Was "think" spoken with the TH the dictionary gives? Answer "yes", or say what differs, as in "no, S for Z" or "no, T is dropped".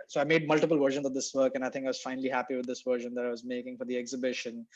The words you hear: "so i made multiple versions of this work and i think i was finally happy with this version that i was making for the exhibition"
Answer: no, T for TH